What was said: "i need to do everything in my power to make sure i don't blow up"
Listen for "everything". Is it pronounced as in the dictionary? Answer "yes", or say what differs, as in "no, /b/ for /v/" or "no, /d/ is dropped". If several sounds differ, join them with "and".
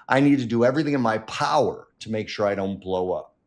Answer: yes